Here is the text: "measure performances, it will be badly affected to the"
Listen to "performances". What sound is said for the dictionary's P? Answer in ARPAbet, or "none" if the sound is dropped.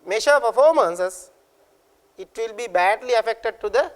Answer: F